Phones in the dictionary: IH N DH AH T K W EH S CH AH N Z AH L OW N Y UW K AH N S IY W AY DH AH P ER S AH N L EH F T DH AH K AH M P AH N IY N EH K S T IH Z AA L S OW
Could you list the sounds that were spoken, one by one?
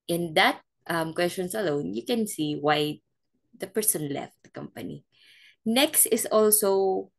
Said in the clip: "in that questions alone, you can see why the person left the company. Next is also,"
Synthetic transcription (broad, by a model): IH N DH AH T K W EH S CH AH N S AH L OW N Y UW K AH N S IY W AY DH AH P ER S AH N L EH F T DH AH K AH M P AH N IY N EH K S T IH S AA L S OW